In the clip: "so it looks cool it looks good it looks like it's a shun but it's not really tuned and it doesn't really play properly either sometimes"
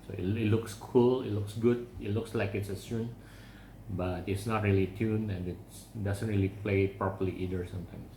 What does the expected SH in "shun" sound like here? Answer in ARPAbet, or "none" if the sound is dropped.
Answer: S